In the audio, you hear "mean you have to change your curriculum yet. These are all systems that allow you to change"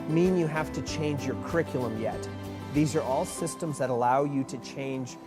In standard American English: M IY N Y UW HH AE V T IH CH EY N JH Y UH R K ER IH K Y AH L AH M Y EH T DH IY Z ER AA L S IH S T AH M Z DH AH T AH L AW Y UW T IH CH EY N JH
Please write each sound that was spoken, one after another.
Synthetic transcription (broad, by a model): M IY N Y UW HH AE F T IH CH EY N JH Y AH R K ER IH K Y L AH M Y EH T DH IY Z ER AA L S IH S T AH M Z DH AH T AH L AW Y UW T IH CH EY N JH